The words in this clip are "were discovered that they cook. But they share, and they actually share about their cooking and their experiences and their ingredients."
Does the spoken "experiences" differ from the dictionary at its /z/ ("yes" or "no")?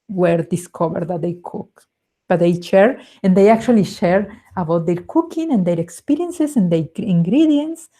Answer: yes